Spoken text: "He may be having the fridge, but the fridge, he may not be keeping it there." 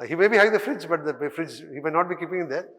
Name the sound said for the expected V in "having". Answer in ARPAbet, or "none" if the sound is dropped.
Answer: none